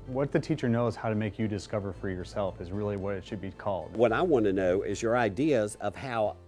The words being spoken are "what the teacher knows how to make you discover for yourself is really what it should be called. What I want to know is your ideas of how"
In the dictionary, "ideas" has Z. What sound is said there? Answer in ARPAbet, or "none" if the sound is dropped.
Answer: Z